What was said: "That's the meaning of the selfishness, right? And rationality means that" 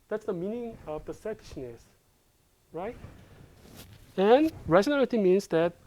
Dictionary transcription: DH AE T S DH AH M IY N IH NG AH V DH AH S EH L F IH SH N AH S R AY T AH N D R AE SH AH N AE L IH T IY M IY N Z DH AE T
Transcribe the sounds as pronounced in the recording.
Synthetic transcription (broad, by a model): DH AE T S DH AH M IY N IH NG AH V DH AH S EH F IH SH N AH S R AY T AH N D R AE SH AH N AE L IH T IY M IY N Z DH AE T